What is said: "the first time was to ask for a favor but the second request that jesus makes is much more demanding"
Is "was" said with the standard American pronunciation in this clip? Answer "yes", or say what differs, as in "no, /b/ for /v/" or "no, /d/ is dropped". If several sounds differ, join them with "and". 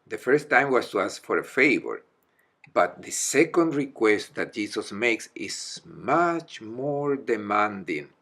no, /s/ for /z/